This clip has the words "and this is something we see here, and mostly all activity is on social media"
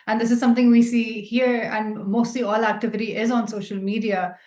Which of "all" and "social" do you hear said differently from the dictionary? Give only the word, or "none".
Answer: none